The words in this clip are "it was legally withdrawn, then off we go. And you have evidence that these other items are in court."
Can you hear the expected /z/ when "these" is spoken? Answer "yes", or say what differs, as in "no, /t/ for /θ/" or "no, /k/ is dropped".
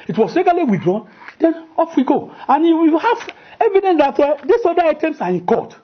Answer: no, /s/ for /z/